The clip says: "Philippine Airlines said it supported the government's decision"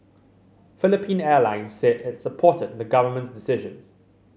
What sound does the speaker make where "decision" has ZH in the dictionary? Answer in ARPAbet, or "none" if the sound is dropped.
ZH